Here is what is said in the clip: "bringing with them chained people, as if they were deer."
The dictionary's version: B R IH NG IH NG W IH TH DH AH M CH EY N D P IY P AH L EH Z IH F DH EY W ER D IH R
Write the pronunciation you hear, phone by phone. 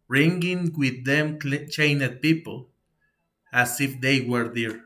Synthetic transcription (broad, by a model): R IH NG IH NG W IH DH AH M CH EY N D P IY P AH L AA S IH F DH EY W ER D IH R